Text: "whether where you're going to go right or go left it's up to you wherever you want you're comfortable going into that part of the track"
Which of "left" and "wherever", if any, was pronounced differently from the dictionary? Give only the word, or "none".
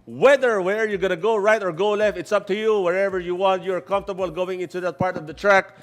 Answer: none